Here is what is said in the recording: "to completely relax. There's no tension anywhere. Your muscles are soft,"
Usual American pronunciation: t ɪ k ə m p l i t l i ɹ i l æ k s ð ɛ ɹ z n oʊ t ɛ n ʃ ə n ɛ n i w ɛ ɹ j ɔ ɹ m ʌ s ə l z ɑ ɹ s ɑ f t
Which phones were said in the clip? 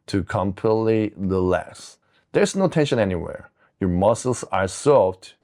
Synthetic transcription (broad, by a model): t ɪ k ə m p l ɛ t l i l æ s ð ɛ ɹ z n oʊ t ɛ n ʃ ə n ɛ n i w ɛ ɹ j ɔ ɹ m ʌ s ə l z ɑ ɹ s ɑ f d